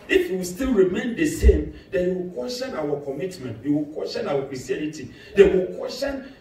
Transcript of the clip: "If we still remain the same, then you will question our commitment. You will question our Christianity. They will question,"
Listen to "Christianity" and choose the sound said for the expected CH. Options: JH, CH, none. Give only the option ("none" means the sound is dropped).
none